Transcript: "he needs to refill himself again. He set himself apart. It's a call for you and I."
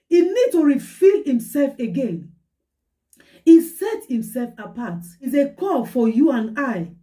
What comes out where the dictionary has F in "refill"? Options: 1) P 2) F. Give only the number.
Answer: 2